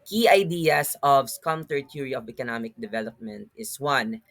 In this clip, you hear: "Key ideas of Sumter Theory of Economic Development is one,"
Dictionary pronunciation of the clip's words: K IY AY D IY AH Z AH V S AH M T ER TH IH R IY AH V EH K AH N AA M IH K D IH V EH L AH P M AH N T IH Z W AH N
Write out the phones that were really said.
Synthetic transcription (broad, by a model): K IY AY D IY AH S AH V S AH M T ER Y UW R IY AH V EH K AH N AA M IH K D IH V EH L AH P M AH N T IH S W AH N